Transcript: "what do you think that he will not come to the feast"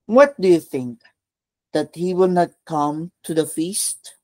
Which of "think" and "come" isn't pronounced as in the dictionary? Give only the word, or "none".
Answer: none